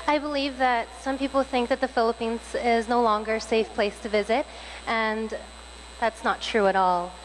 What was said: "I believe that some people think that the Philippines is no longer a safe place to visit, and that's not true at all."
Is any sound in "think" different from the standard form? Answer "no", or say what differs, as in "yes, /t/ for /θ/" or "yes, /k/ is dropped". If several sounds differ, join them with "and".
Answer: no